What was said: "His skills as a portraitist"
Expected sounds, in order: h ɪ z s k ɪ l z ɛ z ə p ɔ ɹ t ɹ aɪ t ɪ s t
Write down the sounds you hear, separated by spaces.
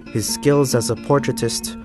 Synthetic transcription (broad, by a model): h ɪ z s k ɪ l z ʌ z ə p ɔ ɹ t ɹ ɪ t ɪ s t